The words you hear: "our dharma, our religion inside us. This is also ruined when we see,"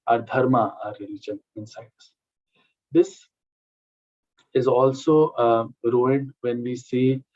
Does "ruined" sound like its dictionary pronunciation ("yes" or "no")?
no